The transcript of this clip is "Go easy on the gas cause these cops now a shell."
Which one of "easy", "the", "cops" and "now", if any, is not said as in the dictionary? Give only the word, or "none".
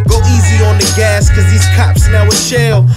none